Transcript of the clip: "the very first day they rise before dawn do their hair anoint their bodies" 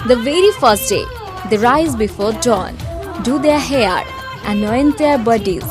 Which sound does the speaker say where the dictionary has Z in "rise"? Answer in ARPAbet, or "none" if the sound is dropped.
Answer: Z